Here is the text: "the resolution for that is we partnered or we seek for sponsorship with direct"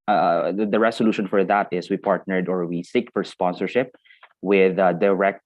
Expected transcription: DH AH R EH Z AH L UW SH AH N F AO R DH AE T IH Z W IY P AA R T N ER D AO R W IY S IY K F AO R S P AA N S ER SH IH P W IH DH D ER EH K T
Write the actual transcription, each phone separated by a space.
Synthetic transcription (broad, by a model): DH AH R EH S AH L UW SH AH N F AO R DH AE T IH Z W IY P AA R T N ER D AO R W IY S IY K F AO R S P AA N S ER SH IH P W IH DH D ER EH K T